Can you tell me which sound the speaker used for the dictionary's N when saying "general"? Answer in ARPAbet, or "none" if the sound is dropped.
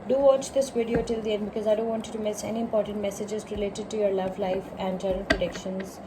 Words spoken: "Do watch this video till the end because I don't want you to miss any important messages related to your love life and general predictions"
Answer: none